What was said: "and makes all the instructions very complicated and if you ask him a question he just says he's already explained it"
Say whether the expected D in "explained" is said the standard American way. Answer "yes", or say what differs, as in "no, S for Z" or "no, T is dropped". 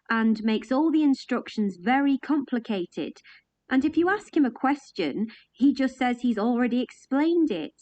yes